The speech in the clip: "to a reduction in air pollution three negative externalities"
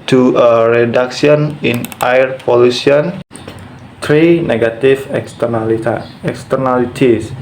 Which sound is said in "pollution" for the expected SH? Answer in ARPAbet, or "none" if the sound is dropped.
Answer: S